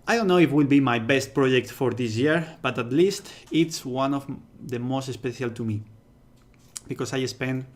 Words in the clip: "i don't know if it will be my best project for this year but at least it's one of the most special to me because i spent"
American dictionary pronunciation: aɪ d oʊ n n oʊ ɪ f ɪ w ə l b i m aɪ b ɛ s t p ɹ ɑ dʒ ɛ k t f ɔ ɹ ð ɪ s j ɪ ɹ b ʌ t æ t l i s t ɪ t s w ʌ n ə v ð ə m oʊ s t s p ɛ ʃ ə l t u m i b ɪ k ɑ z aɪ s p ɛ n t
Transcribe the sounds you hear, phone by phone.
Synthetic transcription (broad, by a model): aɪ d oʊ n n oʊ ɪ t w ə l b i m aɪ b ɛ s t p ɹ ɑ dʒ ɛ k t f ɔ ɹ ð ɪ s j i ɹ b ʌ t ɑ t l i s t ɪ t s w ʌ n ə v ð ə m oʊ s t s p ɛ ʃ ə l t u m i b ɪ k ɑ s aɪ s p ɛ n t